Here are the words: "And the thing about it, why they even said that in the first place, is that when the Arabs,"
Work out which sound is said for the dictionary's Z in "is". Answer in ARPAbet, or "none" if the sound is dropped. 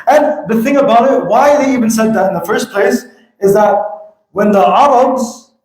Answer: Z